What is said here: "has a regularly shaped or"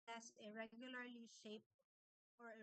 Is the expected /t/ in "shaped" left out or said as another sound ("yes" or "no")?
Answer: yes